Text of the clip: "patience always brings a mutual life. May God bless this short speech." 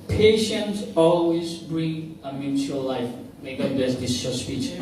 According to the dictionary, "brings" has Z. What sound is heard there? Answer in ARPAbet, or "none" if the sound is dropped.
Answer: none